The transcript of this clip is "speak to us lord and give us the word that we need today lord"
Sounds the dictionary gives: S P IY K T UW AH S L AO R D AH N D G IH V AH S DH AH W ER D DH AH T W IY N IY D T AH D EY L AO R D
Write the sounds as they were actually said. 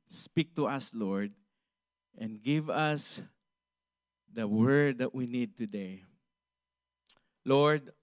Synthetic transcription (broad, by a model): S P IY K T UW AH S L AO R D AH N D G IH V AH S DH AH W ER D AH T W IY N IY D T AH D EY L AO R D